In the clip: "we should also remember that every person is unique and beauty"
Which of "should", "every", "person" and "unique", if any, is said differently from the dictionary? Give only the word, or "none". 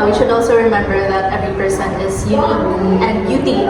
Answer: unique